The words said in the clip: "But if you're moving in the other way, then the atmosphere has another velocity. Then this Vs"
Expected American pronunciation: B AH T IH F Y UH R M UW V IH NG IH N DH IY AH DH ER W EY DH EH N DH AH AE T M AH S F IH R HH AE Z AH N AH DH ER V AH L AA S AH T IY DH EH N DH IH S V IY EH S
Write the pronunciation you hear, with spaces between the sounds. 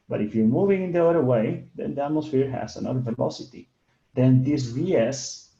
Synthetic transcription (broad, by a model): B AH T IH F Y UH R M UW V IH NG IH N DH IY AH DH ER W EY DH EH N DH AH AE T M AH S F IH R HH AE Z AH N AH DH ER V AH L AA S AH T IY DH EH N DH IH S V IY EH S